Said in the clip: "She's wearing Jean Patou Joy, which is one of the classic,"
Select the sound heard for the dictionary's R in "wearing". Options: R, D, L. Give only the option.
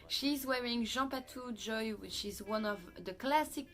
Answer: R